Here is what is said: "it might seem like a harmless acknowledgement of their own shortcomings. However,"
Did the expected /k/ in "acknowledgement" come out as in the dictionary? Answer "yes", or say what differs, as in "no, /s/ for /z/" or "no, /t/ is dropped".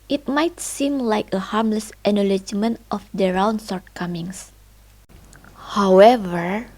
no, /k/ is dropped